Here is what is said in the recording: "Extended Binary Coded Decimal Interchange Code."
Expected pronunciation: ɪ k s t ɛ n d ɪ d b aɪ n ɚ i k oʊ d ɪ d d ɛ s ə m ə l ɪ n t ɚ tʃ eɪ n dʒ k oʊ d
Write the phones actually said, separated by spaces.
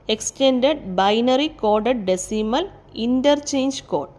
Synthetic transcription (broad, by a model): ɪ k s t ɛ n d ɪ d b aɪ n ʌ i k oʊ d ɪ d d ɛ s ə m ə l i n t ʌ tʃ eɪ n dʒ k oʊ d